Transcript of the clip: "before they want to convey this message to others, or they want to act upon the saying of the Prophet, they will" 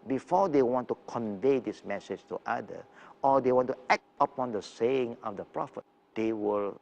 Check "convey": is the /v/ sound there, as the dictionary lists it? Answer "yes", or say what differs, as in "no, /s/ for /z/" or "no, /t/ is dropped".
yes